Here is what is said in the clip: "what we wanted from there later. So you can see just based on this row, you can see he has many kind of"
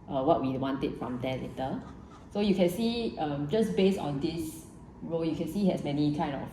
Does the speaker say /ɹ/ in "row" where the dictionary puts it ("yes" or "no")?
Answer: yes